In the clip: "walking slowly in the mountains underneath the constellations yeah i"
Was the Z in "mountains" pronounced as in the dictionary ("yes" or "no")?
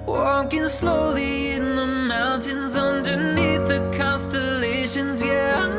yes